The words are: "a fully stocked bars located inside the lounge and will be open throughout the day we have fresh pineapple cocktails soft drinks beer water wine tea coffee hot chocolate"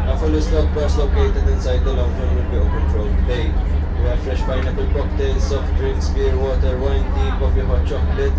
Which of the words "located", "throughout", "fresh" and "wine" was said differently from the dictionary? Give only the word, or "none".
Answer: throughout